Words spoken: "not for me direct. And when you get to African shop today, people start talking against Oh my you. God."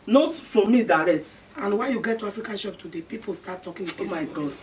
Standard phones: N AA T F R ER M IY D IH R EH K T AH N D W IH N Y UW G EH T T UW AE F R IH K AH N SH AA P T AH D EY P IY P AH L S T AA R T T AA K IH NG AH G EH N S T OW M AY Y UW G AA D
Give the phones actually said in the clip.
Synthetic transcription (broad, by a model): N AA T F R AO M IY D IH R EH K T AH N W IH Y UW G EH T T UW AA F R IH K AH N SH AA P T AH D EY P IY P AH L S T AA T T AA K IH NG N T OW M AY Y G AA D